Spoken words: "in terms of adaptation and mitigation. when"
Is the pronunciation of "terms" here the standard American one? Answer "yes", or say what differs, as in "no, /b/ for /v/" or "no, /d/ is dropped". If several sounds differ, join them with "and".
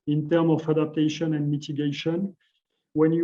no, /z/ is dropped